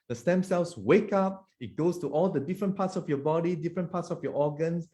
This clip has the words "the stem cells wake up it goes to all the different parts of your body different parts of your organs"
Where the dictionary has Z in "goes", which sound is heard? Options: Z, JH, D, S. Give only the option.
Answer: S